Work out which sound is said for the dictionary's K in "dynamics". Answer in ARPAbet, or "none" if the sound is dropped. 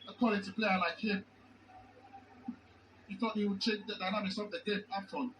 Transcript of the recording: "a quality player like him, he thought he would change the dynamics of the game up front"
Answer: none